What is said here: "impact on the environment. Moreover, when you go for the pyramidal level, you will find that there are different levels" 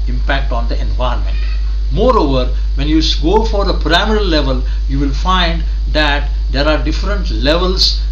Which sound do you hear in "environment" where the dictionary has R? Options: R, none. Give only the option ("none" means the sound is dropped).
none